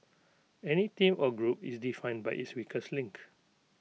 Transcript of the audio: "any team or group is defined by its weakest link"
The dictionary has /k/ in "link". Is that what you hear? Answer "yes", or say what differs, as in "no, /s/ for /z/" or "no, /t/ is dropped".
yes